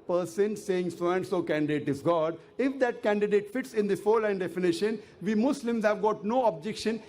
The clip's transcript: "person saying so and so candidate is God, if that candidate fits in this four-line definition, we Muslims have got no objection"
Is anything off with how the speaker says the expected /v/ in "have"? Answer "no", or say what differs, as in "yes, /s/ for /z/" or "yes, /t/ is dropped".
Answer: no